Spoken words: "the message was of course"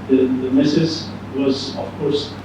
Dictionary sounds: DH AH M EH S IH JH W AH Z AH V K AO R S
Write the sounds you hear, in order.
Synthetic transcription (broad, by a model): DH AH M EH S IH Z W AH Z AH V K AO R S